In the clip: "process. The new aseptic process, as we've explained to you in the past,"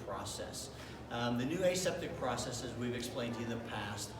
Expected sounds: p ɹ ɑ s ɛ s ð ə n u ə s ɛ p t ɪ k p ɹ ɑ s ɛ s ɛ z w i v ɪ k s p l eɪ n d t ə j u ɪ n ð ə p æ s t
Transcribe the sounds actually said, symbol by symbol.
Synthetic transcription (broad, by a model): p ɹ ɑ s ɛ s ð ə n u ə s ɛ p t ɪ k p ɹ ɑ s ɛ s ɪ z w i v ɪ k s p l eɪ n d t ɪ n ð ə p æ s t